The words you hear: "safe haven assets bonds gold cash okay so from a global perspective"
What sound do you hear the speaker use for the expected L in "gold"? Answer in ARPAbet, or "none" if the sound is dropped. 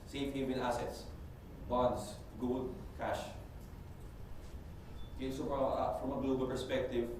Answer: none